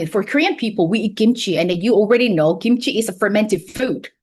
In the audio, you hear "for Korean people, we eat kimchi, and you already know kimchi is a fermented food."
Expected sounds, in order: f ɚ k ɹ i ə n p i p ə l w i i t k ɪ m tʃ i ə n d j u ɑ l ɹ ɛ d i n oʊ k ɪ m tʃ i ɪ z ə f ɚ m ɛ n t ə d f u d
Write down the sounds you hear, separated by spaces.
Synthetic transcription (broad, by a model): f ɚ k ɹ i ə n p i p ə l w i i t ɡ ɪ m tʃ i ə n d j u ɑ l ɹ ɛ d i n oʊ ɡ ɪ m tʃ i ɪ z ə f ɚ m ɛ n t ə d f u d